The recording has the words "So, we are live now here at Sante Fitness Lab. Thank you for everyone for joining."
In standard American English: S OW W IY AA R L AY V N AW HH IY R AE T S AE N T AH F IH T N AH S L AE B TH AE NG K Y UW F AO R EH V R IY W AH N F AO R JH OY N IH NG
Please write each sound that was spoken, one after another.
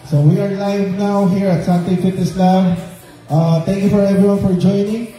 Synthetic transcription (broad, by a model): S OW W IY AA R L AY V N AW HH IY R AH T S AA N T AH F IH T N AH S L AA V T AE NG K Y UW F AO R EH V R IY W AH N F AO R JH OY N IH NG